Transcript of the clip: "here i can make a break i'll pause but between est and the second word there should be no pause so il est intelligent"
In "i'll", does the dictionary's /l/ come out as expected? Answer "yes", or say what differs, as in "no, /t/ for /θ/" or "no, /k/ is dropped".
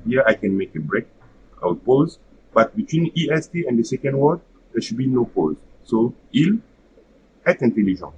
no, /w/ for /l/